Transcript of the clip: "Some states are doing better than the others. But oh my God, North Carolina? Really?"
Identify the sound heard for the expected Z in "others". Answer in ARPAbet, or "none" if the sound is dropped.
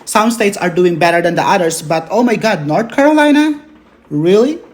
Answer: S